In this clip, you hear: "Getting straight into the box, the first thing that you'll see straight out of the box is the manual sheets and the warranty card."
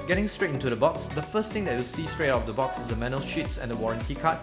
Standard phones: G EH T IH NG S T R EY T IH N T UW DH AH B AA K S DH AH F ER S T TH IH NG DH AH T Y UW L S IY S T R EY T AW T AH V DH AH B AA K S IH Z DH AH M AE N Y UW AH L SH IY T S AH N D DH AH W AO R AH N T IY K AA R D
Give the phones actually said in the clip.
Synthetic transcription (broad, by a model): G EH T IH NG S T R EY T IH N T UW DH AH B AA K S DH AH F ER S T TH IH NG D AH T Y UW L S IY S T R EY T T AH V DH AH B AA K S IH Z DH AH M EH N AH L SH IY T S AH N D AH W AO R AH N T IY K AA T